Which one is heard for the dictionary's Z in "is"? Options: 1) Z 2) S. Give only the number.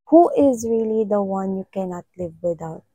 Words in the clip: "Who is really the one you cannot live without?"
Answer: 1